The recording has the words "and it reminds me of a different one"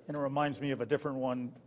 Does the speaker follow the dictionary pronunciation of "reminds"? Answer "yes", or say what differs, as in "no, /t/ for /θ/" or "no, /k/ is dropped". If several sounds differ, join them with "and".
yes